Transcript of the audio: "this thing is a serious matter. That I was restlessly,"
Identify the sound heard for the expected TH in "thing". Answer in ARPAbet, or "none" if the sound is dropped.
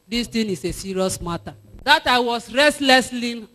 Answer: T